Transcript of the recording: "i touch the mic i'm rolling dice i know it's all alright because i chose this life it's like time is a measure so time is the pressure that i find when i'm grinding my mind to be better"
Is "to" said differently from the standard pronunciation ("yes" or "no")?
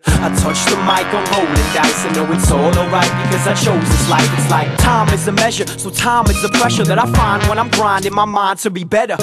no